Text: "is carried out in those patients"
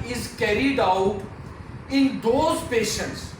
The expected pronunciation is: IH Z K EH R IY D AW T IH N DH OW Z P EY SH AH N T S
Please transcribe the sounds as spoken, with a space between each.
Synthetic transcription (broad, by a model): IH Z K EH R IY D AW T IH N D OW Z P EY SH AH N T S